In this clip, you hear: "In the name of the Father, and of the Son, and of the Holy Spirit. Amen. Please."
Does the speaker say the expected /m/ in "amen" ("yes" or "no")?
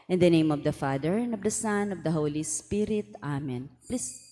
yes